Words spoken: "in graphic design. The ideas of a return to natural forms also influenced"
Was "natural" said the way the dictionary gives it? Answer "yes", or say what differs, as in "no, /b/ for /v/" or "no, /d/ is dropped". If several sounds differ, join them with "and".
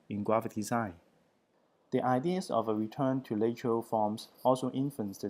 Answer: no, /l/ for /n/